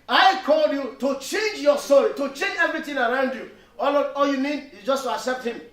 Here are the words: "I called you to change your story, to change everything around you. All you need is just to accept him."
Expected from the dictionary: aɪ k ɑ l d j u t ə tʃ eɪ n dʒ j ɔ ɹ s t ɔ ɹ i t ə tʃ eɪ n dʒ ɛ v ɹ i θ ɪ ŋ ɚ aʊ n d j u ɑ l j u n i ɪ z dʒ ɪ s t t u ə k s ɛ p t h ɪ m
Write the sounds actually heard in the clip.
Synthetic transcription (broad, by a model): aɪ k ɑ l d j u t ə tʃ eɪ n dʒ j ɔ s t ɔ ɹ i t ə tʃ eɪ n dʒ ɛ v ɹ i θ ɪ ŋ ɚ aʊ n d j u ɑ l j u n i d dʒ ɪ s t t u ə k s ɛ p t h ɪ m